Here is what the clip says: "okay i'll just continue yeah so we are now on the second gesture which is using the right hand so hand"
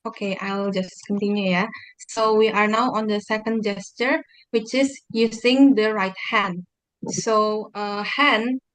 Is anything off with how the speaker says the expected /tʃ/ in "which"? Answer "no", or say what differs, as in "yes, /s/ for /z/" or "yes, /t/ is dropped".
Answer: no